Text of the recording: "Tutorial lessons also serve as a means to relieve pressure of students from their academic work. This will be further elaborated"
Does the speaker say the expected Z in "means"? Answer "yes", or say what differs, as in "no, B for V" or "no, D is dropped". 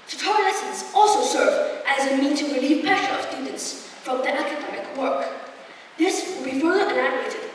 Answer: no, Z is dropped